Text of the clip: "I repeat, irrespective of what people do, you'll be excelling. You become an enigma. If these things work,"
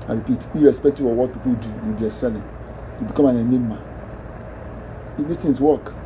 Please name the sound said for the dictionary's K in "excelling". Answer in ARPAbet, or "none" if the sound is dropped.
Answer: none